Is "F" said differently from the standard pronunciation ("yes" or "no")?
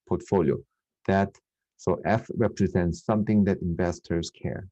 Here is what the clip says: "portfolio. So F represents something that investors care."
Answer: no